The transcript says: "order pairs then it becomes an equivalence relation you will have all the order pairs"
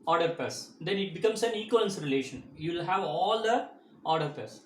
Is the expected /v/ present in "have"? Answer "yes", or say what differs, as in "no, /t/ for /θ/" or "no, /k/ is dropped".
yes